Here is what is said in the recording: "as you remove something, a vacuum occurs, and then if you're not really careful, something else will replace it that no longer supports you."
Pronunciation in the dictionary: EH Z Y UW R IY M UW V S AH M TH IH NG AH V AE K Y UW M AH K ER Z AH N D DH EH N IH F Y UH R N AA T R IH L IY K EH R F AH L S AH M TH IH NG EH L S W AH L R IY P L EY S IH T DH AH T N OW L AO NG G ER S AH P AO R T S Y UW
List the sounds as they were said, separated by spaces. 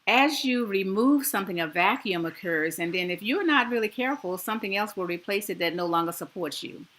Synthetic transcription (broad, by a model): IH Z Y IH R IY M UW V S AH M TH IH NG AH V AE K Y UW M AH K ER Z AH N DH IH N IH F Y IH R N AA T R IH L IY K EH R F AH L S AH M TH IH NG EH L S W AH L R IY P L EY S IH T DH AH T N OW L AO NG G ER S AH P AO R T S Y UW